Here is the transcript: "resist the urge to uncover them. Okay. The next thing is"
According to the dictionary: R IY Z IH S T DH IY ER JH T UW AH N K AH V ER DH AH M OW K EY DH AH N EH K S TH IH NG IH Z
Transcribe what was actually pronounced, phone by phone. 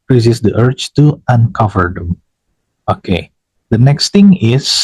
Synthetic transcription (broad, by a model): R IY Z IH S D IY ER CH T UW AH N K AH V ER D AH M OW K EY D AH N EH K S T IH NG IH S